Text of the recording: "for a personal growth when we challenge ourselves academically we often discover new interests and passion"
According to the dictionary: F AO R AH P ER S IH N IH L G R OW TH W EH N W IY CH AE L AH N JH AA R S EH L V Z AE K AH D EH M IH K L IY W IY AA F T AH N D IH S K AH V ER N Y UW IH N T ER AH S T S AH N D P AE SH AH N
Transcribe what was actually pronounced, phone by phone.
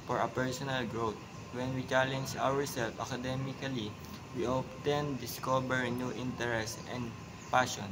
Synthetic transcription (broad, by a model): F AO R AH P ER S IH N IH L G R OW T W EH N W IY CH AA L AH N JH AA R S EH L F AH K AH D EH M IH K L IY W IY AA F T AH N D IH S K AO B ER N Y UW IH N T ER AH S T AH N D P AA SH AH N